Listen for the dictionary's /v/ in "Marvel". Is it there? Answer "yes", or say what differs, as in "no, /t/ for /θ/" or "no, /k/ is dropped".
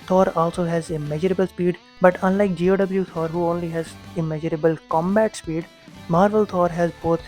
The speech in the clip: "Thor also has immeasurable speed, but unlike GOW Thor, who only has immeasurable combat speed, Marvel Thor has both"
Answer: yes